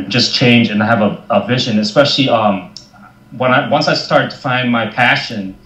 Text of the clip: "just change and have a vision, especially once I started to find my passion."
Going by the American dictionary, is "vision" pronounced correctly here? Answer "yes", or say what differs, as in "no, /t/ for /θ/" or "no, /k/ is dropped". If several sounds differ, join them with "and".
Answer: yes